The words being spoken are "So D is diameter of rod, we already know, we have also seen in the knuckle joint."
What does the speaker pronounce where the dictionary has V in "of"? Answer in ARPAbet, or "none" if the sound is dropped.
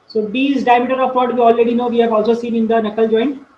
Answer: P